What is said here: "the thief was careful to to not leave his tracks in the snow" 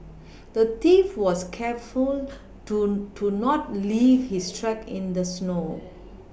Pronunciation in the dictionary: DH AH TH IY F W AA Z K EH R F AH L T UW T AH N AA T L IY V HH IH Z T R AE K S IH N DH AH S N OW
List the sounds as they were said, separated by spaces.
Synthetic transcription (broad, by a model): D AH T IY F W AA S K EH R F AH L T UW N AA T L IY V HH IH S T R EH K IH N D AH S N OW